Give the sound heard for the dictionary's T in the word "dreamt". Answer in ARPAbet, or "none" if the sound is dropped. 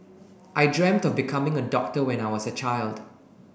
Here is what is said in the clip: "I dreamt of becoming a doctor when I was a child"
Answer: T